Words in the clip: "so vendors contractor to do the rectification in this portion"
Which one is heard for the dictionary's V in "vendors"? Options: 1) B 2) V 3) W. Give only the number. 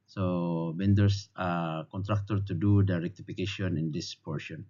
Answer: 1